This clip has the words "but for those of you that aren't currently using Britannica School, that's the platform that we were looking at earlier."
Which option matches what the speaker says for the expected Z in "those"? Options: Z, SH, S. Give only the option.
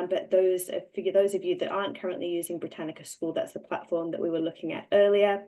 Z